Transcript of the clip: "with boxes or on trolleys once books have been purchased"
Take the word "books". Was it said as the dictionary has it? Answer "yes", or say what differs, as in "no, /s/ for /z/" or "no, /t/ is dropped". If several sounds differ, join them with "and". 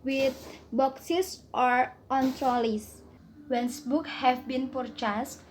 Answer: no, /s/ is dropped